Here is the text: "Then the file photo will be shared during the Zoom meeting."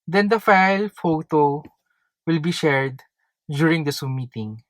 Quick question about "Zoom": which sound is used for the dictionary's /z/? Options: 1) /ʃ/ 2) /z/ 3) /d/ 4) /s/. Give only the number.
4